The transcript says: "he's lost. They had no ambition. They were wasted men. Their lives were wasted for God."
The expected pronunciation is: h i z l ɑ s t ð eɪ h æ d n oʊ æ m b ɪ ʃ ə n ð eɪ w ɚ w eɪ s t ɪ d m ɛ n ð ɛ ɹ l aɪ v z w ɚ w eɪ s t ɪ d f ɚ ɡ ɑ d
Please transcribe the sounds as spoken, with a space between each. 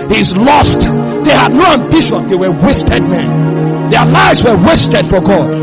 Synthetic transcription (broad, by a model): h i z l ɑ s t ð eɪ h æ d n oʊ æ m b ɪ ʃ ə n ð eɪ w ɚ w eɪ s t ɪ d m ɛ n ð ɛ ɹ l aɪ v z w ɚ w eɪ s t ɪ d f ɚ ɡ ɑ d